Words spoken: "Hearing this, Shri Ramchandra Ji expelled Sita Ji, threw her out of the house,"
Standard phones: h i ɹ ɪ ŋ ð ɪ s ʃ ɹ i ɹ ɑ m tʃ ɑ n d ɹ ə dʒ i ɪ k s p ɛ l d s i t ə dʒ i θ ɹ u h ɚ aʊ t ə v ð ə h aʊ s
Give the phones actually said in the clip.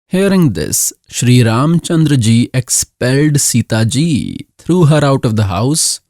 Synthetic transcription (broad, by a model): h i ɹ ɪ ŋ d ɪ s ʃ ɹ i ɹ ɑ m tʃ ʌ n d ɹ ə dʒ i ɪ k s p ɛ l d s i t ə dʒ i t ɹ u h ɚ aʊ t ə v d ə h aʊ s